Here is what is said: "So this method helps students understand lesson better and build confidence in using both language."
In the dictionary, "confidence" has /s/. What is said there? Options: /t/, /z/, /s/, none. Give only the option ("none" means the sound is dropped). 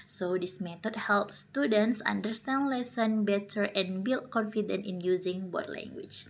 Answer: none